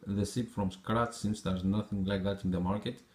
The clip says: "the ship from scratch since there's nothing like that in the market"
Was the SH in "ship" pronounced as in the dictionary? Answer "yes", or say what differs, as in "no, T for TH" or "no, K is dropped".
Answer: no, S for SH